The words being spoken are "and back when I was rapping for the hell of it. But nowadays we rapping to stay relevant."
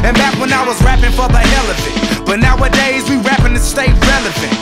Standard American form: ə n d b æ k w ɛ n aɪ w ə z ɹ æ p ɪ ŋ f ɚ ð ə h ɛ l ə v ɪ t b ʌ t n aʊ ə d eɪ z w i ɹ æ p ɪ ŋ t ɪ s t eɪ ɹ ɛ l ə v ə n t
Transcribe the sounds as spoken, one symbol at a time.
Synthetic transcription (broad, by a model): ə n b æ k w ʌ n aɪ w ə z ɹ æ p ɪ ŋ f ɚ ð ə h ɛ l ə f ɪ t b ʌ t n aʊ ə d eɪ z w i ɹ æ p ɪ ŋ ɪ s t eɪ ɹ ɛ l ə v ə n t